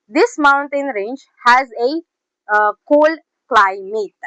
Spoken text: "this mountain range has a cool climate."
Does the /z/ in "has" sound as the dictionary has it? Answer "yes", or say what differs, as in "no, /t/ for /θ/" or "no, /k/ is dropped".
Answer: yes